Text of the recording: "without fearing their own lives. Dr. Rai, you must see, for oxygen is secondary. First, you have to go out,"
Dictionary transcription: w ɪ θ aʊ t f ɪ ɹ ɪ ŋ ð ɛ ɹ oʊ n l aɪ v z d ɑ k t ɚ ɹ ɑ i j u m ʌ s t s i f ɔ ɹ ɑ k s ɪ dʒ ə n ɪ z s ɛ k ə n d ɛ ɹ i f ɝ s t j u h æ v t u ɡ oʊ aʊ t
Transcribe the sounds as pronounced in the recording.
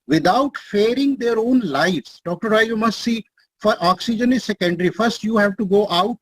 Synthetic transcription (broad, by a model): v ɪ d aʊ t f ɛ ɹ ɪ ŋ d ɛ ɹ oʊ n l aɪ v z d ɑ k t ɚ ɹ ɑ i j u m ʌ s t s i f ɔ ɹ ɑ k s ɪ dʒ ə n ɪ z s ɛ k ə n d ɹ i f ɝ s t j u h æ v t u ɡ oʊ aʊ t